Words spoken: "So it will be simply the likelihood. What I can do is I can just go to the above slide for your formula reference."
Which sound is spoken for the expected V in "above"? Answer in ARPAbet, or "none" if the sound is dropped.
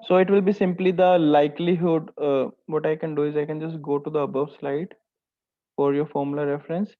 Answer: V